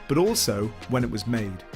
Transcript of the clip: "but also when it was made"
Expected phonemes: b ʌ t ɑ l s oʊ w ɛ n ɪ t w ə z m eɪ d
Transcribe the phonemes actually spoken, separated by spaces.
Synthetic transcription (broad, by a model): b ʌ t ɑ l s oʊ w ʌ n ɪ t w ə z m eɪ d